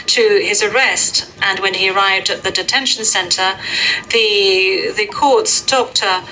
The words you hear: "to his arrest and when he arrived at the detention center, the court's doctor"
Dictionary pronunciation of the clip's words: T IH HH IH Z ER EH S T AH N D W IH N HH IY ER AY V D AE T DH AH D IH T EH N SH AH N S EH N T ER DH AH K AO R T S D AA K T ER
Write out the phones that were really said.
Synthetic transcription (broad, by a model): T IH IH Z ER EH S T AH N W IH N IY ER AY V D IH T DH AH D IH T EH N SH N S EH N T ER DH AH K AO R T S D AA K T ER